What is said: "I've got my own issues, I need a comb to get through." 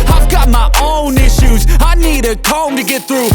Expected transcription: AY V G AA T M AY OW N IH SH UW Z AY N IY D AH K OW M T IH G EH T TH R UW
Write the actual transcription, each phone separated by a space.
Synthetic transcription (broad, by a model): AY V G AA T M AY OW N IH SH UW Z AY N IY D AH K OW M T IH G EH T TH R UW